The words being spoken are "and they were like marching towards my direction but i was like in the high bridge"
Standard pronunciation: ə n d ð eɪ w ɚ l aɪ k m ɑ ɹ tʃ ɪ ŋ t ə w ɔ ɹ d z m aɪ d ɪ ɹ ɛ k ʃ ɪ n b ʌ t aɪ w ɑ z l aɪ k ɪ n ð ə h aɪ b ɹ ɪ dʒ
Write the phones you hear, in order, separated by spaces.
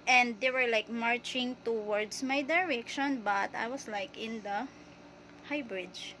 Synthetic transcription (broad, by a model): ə n d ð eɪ w ɚ l aɪ k m ɑ ɹ tʃ ɪ ŋ t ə w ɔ ɹ d s m aɪ d ɪ ɹ ɛ k ʃ ɪ n b ʌ t aɪ w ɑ s l aɪ k ɪ n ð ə h aɪ b ɹ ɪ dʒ